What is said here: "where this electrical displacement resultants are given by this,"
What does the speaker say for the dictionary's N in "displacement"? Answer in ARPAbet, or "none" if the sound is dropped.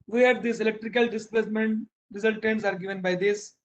N